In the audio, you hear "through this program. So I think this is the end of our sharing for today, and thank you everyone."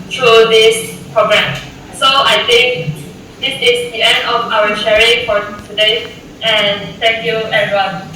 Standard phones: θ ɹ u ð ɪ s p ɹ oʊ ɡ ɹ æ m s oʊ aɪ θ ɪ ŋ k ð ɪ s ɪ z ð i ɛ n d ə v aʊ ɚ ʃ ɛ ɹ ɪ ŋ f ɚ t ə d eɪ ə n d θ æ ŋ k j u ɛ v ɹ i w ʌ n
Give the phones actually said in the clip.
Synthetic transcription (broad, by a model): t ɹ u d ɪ s p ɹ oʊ ɡ ɹ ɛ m s oʊ aɪ t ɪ ŋ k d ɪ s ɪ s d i ɛ n d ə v aʊ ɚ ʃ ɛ ɹ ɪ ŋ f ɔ t ə d eɪ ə n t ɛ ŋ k j u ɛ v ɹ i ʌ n